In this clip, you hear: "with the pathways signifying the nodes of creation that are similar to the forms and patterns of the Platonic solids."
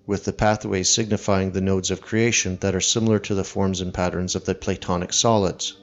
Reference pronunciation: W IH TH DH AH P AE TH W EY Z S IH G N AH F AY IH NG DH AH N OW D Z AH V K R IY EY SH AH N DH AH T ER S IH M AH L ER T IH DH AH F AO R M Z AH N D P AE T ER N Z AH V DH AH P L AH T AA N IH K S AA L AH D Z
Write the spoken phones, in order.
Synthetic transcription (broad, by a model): W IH DH AH P AE TH W EY Z S IH G N AH F AY IH NG DH AH N OW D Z AH V K R IY EY SH AH N DH AH T ER S IH M L ER T IH DH AH F AO R M Z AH N P AE T ER N Z AH V DH AH P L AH T AA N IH K S AA L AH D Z